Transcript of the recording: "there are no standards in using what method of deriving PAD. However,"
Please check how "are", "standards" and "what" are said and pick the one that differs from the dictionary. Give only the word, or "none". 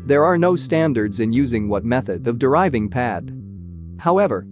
none